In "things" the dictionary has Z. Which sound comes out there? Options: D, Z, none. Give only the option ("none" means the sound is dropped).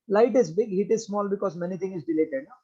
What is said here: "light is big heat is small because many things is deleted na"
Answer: none